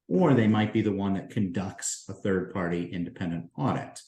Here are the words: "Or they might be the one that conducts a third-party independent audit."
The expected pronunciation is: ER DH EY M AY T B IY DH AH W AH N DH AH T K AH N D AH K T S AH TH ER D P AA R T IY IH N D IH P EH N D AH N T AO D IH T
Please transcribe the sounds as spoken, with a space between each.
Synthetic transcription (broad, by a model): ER DH EY M AY T B IY DH AH W AH N DH AH T K AH N D AH K T S AH TH ER D P AA R T IY IH N D IH P EH N D AH N T AO D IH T